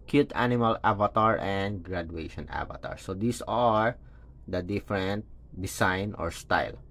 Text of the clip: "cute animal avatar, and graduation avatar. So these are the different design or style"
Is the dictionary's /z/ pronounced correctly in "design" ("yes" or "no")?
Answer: no